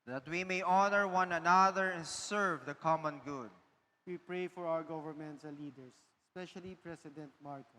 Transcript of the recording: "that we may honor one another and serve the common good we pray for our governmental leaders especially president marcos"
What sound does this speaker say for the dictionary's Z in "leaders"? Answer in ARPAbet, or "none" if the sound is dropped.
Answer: S